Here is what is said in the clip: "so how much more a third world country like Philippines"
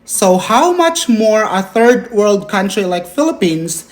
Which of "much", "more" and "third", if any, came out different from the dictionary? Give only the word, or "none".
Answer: none